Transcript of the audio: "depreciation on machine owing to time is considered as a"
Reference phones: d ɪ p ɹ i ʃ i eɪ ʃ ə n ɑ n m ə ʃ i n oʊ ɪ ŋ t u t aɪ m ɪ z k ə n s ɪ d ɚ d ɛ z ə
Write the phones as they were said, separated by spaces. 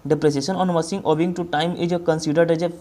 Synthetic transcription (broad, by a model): d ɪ p ɹ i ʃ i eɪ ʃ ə n ɑ n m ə s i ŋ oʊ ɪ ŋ t u t aɪ m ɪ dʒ k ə n s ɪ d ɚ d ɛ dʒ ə